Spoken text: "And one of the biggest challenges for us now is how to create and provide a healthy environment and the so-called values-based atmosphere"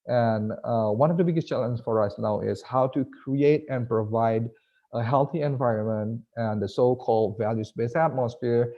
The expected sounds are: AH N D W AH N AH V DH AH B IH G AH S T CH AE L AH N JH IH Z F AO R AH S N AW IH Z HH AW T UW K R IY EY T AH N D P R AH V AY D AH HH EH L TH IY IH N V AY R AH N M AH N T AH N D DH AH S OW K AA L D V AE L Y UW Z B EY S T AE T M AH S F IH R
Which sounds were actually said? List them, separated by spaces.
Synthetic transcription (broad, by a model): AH N W AH N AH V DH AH B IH G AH S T CH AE L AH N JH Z F AO R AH S N AW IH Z HH AW T UW K R IY EY T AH N P R AH V AY D AH HH EH L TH IY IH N V AY R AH N M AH N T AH N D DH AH S OW K AA L D V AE L Y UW S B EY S AE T M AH S F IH R